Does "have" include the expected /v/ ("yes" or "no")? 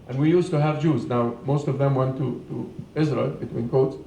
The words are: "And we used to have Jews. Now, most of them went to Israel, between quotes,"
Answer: yes